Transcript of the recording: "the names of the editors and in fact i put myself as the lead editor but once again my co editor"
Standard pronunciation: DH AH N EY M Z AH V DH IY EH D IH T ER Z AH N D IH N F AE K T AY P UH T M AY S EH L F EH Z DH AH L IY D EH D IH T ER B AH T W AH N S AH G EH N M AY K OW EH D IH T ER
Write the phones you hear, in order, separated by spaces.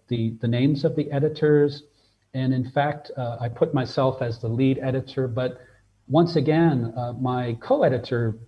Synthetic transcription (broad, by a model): DH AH N EY M Z AH V DH IY EH D IH T ER Z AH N IH N F AE K T AY P UH T M AY S EH L F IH Z DH AH L IY D EH D IH T ER B AH T W AH N S AH G EH N M AY K OW EH D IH T ER